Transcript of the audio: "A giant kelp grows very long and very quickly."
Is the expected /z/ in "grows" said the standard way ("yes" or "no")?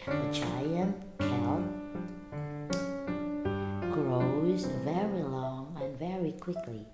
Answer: yes